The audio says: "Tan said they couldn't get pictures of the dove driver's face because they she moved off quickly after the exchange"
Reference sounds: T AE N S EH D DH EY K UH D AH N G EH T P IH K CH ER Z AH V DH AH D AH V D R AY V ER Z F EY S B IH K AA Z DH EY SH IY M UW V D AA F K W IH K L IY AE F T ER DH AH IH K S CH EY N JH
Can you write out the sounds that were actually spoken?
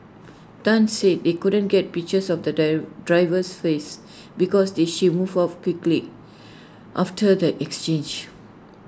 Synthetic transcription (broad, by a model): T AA N S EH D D EY K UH D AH N G EH T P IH K CH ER S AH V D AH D R AY V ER S F EY S B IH K AA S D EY SH IY M UW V AA F K W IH K L IY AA F T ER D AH IH K S CH EY N JH